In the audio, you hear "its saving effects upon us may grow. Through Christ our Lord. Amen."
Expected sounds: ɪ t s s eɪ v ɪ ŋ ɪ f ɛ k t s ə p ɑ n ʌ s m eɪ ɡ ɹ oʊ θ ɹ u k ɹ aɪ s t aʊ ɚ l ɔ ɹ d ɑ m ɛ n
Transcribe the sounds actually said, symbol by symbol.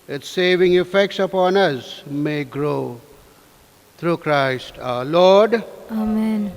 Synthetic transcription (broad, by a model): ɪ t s s eɪ v ɪ ŋ ɪ f ɛ k t s ə p ɑ n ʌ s m eɪ ɡ ɹ oʊ t ɹ u k ɹ aɪ s t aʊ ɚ l ɔ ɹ d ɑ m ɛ n